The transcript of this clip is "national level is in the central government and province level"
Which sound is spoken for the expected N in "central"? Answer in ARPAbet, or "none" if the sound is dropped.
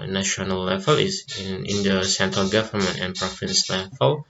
N